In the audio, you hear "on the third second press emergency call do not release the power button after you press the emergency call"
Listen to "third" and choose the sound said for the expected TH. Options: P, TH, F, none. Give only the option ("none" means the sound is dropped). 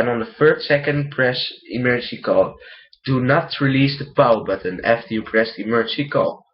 F